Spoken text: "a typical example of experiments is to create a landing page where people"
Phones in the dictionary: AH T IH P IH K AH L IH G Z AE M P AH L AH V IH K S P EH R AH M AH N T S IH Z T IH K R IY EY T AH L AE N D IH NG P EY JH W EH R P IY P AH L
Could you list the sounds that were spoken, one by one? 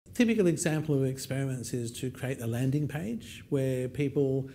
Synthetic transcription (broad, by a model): T IH P IH K AH L IH G Z AE M P AH L AH V IH K S P EH R AH M AH N T S IH Z T IH K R IY EY T AH L AE N D IH NG P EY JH W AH R P IY P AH L